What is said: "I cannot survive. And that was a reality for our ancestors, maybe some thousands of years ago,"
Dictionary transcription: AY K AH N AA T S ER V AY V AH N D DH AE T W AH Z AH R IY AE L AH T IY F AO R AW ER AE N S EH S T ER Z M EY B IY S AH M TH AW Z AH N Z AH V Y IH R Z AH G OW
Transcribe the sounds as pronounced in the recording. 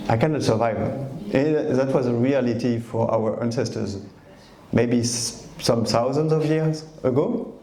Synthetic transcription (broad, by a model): AY K AH N AA T S ER V AY V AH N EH DH AE T W AH Z AH R IY AE L AH T IY F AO R AW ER AE N S EH S T ER Z M EY B IY S AH M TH AW Z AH N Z AH V Y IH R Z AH G OW